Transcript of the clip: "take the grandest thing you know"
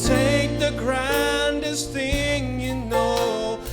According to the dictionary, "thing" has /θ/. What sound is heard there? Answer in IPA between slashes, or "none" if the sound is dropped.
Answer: /θ/